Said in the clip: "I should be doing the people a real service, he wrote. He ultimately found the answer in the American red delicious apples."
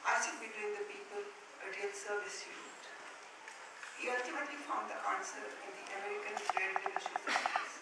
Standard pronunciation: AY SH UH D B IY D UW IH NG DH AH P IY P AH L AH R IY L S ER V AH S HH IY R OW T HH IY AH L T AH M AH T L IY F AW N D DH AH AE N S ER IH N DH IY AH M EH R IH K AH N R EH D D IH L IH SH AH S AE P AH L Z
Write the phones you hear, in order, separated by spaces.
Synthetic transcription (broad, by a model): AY S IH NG B IY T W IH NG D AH P IY P AH L AH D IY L S ER V AH S HH IY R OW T HH IY AH L T AH M AH T L IY F AW N D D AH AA N S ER IH N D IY AH M EH R IH K AH N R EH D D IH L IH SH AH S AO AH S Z